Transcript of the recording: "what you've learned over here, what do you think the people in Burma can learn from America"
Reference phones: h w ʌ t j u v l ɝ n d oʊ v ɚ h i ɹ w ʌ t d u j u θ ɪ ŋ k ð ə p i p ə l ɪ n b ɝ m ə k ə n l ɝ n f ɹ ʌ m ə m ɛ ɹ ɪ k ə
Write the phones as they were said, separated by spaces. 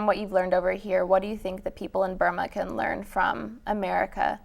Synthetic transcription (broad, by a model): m w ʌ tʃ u v l ɝ n d oʊ v ɚ h i ɹ w ʌ t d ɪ j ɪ θ ɪ ŋ k ð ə p i p l ɪ n b ɝ m ə k ə n l ɝ n f ɹ ʌ m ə m ɛ ɹ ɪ k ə